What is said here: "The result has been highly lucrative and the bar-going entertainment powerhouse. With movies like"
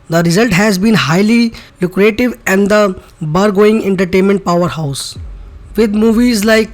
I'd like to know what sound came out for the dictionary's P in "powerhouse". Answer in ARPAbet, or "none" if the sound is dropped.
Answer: P